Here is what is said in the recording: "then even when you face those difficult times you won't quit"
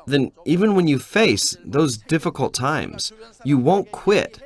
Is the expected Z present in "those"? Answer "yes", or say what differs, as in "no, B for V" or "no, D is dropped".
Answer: yes